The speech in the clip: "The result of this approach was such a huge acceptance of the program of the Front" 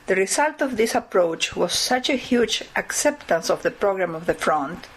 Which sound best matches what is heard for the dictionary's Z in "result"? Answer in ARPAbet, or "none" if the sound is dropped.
S